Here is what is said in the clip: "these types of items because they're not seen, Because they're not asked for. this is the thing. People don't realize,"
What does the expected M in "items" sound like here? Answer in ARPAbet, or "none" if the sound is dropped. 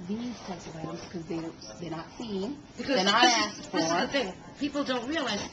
none